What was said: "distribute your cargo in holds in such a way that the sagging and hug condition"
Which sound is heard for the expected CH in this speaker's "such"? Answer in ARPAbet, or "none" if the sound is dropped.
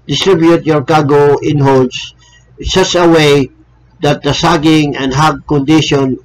S